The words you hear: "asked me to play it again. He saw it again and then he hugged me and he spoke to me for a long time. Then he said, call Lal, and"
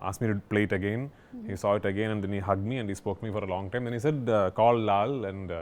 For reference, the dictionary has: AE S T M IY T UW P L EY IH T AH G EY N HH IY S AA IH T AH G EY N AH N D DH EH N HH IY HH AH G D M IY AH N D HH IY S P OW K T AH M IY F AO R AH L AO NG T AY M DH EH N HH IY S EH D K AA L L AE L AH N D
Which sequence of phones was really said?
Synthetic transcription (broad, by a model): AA S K M IY T UW P L EY IH T AH G EY N HH IY S AA IH T AH G EY N AH N D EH N HH IY HH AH G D M IY AH N D HH IY S P OW K M IY F AO R AH L AO NG T AY M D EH N HH IY S EH D K AA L L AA L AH N D